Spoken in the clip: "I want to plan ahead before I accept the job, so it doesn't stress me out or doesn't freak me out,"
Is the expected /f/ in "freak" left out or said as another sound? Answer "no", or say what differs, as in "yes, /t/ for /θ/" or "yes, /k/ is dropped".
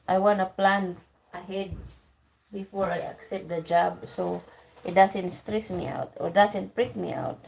yes, /p/ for /f/